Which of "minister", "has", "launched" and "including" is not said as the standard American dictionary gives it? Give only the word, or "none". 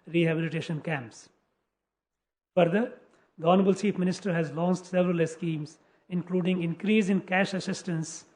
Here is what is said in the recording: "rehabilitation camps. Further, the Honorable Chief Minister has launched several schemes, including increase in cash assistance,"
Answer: launched